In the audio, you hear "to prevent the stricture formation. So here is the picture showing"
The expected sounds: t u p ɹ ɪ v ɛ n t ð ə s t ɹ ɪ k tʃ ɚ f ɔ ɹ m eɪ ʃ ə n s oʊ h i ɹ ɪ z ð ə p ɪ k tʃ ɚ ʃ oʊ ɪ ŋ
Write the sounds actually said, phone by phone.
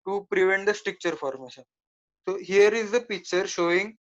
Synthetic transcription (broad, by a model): t u p ɹ ɪ v ɛ n t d ə s t ɹ ɪ k tʃ ɚ f ɔ ɹ m eɪ ʃ ə n s oʊ h i ɹ ɪ z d ə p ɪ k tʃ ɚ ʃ oʊ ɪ ŋ